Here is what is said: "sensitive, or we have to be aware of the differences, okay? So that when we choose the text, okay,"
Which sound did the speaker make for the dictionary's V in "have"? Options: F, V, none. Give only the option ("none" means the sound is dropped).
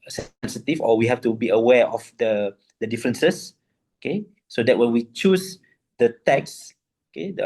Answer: F